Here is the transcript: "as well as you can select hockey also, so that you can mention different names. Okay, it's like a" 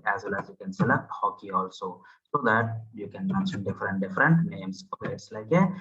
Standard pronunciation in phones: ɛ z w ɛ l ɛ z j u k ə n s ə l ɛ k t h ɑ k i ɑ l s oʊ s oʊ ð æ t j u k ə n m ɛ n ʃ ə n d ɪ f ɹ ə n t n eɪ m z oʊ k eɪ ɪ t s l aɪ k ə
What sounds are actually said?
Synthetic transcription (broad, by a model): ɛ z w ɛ l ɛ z j u k ə n s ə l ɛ t h ɑ k i ɑ l s oʊ s oʊ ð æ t j u k ə n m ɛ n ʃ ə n d ɪ f ɹ ə n t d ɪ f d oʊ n eɪ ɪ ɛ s l aɪ k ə